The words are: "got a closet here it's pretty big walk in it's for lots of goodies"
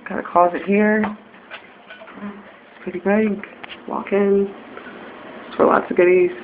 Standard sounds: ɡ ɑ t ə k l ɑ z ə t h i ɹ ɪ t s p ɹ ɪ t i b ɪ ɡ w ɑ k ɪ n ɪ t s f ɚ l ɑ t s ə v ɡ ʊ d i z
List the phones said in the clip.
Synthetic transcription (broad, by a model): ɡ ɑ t ə k ɑ z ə t h i ɹ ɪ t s p ɹ ɪ t i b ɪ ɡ w ɑ k ɪ n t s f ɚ l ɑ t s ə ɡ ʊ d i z